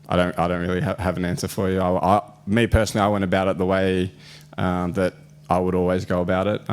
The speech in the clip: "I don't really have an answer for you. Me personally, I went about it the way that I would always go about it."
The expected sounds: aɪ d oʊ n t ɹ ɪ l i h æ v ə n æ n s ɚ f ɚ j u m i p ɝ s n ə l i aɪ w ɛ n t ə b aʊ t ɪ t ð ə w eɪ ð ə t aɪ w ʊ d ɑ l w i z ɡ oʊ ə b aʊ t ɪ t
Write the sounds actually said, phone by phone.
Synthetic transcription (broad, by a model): aɪ d oʊ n t ɹ ɪ l i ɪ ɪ v ə n æ n s ɚ f ɚ j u m i p ɝ s n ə i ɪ w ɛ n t ə b aʊ t ɪ t ð ə w eɪ ð ə t aɪ w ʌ d ɑ l w i z ɡ oʊ ə b aʊ t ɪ t